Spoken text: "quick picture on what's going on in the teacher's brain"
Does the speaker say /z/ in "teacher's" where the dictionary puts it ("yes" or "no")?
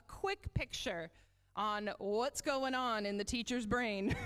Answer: yes